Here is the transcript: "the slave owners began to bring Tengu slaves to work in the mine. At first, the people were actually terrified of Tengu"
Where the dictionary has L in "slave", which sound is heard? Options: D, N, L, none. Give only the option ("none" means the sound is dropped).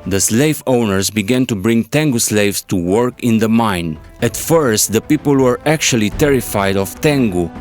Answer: L